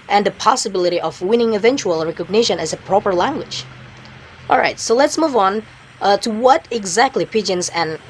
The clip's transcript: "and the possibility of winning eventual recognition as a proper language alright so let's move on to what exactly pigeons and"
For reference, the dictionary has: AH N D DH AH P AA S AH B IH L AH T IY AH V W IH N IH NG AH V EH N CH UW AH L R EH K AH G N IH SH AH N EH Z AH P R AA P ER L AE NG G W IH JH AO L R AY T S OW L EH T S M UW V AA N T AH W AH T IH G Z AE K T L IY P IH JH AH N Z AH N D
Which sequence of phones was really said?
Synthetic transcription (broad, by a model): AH N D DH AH P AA S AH B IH L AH T IY AH V W IH N IH NG AH V EH N CH UW AH L R EH K AH G N IH SH AH N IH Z AH P R AA P ER L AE NG G W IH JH AO L R AY T S OW L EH T S M UW V N T AH W AH T IH G Z AE K T L IY P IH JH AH N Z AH N